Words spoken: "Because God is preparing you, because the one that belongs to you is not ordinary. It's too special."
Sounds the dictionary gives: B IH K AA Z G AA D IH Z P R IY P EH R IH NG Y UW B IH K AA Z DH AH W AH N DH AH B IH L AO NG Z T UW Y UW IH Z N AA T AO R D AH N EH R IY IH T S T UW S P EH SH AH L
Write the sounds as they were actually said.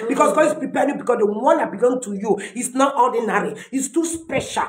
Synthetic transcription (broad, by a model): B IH K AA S G AA D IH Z P R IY P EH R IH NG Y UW B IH K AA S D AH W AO N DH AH B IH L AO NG T UW Y UW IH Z N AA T AO D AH N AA R IY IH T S T UW S P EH SH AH L